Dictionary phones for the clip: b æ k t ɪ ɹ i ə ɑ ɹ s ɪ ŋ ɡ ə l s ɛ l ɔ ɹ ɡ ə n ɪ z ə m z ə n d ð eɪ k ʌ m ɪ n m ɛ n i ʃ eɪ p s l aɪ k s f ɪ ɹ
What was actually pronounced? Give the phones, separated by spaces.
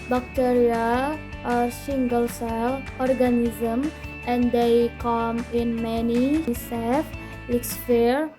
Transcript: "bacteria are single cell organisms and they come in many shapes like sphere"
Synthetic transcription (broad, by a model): b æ k t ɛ ɹ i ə ɑ ɹ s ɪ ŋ ɡ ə l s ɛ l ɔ ɹ ɡ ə n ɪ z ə m ə n d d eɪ k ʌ m ɪ n m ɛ n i s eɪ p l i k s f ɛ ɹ